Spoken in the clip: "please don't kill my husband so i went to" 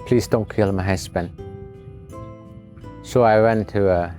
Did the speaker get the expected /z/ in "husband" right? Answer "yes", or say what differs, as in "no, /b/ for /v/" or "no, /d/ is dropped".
no, /s/ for /z/